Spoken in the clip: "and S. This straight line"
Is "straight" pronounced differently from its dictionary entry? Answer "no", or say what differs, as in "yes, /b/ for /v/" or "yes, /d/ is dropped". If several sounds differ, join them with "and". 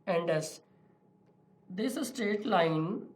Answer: yes, /ɹ/ is dropped